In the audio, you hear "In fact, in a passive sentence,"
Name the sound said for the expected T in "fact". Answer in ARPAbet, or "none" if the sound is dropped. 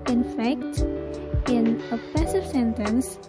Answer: T